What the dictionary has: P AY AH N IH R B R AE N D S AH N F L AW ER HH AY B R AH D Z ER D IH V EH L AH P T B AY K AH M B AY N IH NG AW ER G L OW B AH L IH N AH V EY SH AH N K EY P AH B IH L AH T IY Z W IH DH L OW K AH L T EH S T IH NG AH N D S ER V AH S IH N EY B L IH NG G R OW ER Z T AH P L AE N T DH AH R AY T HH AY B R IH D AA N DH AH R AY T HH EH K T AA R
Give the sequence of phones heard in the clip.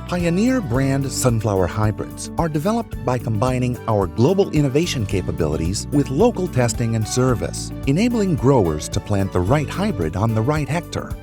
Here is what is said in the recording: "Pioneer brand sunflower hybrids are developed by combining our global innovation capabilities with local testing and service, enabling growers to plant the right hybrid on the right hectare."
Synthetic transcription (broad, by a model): P AY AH N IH R B R AE N D S AH N F L AW ER HH AY B R AH D Z ER D IH V EH L AH P T B AY K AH M B AY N IH NG AW ER G L OW B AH L IH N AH V EY SH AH N K EY P AH B IH L AH T IY Z W IH DH L OW K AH L T EH S T IH NG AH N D S ER V AH S IH N EY B L IH NG G R OW ER Z T AH P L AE N DH AH R AY T HH AY B R IH D N DH AH R AY T HH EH K T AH R